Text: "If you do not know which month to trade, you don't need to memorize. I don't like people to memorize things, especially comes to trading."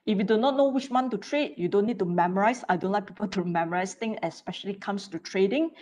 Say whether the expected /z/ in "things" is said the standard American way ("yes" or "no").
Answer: no